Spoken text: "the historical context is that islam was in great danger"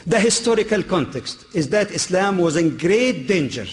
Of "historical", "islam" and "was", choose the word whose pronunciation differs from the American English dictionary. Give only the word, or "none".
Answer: none